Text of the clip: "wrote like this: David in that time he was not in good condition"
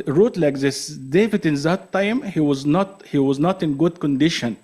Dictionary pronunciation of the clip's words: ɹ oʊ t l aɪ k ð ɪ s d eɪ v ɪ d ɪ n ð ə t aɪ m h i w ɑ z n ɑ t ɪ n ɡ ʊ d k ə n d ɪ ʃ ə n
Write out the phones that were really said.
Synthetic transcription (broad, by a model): ɹ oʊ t l aɪ k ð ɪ s d eɪ v ɪ d ɪ n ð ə t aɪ m h i w ɑ z n ɑ t ɪ n ɡ ʊ d k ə n d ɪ ʃ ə n